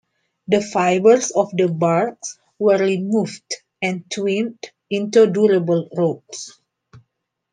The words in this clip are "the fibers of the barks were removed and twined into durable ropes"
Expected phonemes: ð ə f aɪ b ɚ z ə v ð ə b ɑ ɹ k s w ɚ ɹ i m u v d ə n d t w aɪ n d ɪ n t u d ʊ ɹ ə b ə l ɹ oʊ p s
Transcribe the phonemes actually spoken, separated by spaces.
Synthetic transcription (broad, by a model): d ə f aɪ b ɚ s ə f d ə b ɑ ɹ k s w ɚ ɹ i m u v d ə n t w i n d ɪ n t u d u ɹ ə b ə l ɹ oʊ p s